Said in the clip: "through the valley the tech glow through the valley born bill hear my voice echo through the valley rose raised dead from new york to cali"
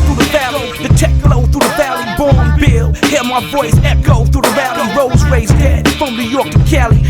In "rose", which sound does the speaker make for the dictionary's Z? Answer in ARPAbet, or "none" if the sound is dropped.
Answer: Z